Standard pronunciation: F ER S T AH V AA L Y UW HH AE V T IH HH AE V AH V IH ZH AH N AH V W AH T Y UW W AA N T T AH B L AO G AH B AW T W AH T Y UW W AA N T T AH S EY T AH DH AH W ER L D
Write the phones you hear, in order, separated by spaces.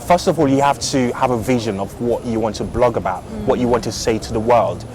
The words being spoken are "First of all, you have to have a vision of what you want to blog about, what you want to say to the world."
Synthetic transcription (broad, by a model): F ER S T AH V AA L Y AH HH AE F T IH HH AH V AH V IH ZH AH N AH V W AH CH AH W AA N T T AH B L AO G AH B AW T W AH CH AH W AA N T T AH S EY T AH DH AH W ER L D